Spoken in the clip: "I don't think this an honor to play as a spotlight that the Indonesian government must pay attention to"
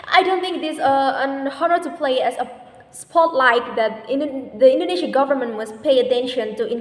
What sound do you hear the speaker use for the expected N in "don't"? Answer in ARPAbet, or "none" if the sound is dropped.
N